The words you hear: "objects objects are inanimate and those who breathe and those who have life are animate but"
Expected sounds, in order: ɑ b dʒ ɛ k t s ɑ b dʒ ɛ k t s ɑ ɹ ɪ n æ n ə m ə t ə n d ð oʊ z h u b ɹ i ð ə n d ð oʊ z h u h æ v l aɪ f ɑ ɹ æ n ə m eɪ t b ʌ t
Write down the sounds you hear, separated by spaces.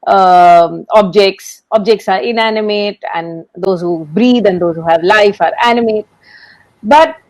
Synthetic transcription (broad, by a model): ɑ b dʒ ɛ k t s ɑ b dʒ ɛ k t s ɑ ɹ ɪ n æ n ə m ə t ə n d oʊ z h u b ɹ i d ə n d oʊ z h u h æ v l aɪ f ɑ ɹ æ n ə m eɪ t b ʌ t